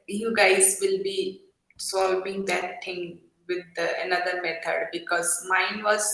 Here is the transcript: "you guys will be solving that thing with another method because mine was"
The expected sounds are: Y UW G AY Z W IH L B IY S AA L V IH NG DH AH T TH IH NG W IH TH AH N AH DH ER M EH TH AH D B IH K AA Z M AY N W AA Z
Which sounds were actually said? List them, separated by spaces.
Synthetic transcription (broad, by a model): Y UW G AY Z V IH L B IY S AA L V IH NG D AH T T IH NG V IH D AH N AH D ER M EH T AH D B IH K AA Z M AY N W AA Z